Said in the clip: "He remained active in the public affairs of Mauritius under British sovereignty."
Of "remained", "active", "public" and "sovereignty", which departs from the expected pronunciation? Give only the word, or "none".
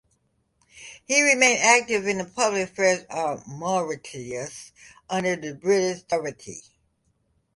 sovereignty